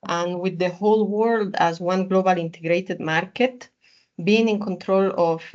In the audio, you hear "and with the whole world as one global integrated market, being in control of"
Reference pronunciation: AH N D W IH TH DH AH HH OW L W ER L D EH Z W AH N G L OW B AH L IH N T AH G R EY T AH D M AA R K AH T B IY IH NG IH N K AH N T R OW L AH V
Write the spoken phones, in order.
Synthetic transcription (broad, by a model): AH N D W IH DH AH HH OW L W ER L D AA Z W AH N G L OW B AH L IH N T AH G R EY T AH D M AA R K AH T B IY IH NG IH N K AH N T R OW L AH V